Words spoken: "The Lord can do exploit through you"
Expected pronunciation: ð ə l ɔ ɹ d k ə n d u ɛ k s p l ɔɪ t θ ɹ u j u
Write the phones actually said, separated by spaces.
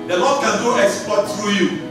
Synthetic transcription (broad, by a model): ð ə l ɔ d k ə n d u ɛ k s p ɔɪ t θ ɹ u j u